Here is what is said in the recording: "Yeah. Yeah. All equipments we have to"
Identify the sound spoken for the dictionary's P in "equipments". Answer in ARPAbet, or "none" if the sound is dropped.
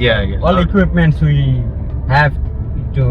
P